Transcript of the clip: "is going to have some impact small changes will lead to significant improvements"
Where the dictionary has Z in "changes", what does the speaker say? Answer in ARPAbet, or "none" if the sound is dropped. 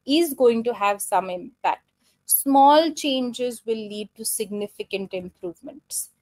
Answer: Z